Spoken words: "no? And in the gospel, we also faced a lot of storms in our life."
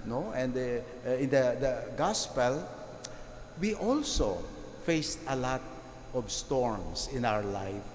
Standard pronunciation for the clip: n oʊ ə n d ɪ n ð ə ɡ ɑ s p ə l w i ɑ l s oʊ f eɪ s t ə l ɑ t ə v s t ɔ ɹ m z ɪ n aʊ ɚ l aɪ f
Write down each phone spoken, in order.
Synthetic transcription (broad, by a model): n oʊ ə n d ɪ n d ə ɡ ɑ s p ə l w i ɑ l s oʊ f eɪ s t ə l ɑ t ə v s t ɔ ɹ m s ɪ n aʊ ɚ l aɪ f